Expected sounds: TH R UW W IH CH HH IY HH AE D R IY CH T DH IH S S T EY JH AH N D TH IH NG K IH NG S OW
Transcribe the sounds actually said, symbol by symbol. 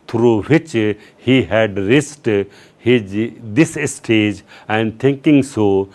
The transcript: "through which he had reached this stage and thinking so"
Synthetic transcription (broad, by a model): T R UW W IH CH HH IY HH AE D R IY S T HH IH S S T EY JH AH N D T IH NG K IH NG S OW